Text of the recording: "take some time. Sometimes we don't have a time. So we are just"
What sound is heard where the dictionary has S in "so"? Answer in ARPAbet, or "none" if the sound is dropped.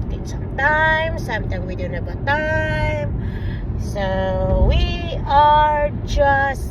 S